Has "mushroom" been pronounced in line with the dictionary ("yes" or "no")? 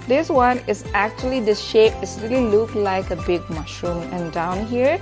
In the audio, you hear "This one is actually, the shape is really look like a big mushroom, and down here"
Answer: yes